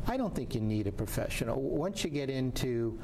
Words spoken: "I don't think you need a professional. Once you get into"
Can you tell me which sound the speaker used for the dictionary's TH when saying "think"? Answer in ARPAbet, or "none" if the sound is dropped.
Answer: TH